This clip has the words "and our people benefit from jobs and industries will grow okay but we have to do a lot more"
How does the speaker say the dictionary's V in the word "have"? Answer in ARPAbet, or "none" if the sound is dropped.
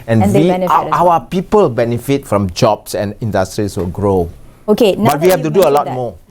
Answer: F